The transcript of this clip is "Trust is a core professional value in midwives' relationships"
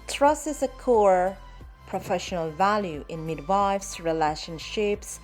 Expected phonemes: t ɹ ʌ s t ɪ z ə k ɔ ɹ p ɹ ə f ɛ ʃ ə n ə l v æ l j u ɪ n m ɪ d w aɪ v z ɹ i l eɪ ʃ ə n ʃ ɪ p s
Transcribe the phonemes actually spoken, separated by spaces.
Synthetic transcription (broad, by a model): t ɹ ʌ s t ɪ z ə k ɔ ɹ p ɹ ə f ɛ ʃ ə n ə l v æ l j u ɪ n m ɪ d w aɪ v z ɹ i l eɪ ʃ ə n ʃ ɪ p s